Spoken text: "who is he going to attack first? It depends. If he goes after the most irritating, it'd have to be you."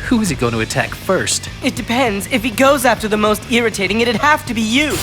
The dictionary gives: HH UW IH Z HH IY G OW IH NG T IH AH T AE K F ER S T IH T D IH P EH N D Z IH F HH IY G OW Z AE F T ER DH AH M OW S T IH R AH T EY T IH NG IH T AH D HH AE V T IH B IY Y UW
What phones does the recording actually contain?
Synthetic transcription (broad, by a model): HH UW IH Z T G OW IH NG T IH AH T AE K F ER S T IH T D IH P EH N D Z IH F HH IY G OW Z AE F T ER DH AH M OW S T IH R AH T EY T IH NG IH T AH D HH AE F T IH B IY Y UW